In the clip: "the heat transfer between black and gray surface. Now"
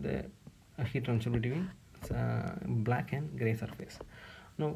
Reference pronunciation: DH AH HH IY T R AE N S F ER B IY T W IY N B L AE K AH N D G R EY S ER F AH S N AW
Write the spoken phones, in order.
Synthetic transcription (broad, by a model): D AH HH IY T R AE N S ER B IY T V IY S B L AE K AH N D G R EY S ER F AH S N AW